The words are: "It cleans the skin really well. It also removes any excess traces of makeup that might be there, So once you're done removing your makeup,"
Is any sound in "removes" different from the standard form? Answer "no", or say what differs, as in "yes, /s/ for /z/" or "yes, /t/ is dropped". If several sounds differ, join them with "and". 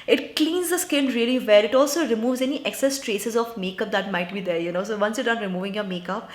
no